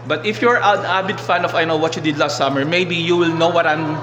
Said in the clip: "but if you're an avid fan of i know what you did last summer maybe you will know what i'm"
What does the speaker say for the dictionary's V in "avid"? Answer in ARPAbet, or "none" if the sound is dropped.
B